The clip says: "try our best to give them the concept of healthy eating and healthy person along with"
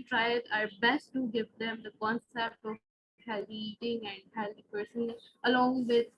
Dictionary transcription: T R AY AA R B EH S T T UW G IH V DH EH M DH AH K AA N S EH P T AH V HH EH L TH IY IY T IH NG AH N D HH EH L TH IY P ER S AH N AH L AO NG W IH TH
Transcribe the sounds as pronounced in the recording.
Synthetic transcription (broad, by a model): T R AY AA R B EH S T T UW G IH V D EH M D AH K AA N S EH P T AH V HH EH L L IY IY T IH NG AH N D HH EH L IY P ER S AH N AH L AO NG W IH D